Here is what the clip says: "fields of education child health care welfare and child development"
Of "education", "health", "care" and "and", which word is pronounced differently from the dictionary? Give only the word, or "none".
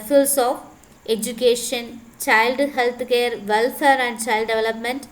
health